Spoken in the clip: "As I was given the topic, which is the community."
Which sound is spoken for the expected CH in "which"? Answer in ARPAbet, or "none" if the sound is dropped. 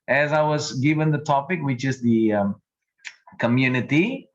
CH